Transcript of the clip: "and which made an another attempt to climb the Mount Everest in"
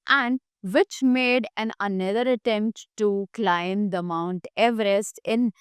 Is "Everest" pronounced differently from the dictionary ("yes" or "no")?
no